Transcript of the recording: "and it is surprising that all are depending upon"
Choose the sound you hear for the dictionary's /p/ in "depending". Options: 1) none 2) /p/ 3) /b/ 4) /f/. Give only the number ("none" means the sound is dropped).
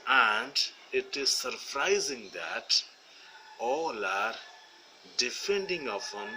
4